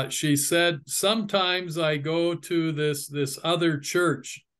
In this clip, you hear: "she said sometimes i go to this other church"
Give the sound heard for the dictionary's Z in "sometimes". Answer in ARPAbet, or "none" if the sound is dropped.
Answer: Z